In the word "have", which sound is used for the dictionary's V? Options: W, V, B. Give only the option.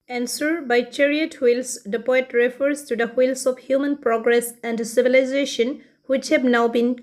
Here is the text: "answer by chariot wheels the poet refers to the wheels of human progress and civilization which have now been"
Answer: B